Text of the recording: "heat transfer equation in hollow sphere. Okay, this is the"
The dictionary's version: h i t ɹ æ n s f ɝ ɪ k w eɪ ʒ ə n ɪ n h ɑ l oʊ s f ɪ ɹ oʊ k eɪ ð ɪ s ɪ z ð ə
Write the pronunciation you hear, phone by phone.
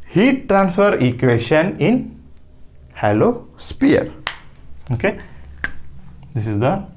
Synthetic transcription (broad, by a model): h i t ɹ æ n s f ɝ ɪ k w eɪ ʃ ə n ɪ n h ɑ l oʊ s p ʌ ɹ oʊ k eɪ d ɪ s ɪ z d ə